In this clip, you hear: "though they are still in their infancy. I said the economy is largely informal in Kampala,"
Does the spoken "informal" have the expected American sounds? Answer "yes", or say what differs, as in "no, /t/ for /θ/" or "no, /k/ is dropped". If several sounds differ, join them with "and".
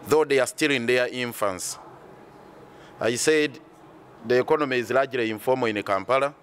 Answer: no, /n/ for /l/